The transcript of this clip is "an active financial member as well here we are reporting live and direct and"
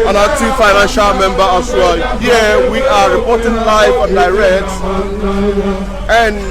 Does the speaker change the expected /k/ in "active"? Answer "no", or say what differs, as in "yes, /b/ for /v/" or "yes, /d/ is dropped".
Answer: yes, /k/ is dropped